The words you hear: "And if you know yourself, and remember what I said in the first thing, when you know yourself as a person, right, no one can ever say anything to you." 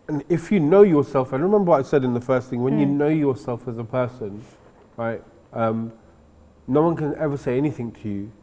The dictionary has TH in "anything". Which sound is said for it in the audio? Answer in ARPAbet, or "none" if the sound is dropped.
TH